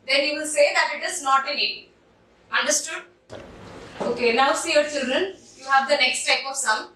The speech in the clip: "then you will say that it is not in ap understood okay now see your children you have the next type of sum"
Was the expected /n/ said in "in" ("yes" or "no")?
no